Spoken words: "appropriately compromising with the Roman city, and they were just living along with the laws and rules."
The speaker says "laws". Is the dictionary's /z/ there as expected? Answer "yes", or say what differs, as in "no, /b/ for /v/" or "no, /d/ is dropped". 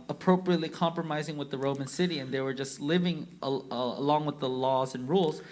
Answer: yes